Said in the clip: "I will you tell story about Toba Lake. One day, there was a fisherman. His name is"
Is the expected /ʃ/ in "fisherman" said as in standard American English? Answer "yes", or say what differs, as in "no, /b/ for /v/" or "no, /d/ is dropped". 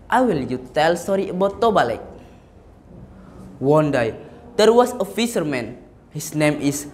no, /s/ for /ʃ/